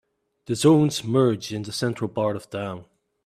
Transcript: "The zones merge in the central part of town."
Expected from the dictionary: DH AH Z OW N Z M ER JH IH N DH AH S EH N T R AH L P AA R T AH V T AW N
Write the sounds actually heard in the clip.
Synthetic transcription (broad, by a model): DH AH Z OW N Z M ER JH IH N DH AH S EH N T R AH L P AA R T AH V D AW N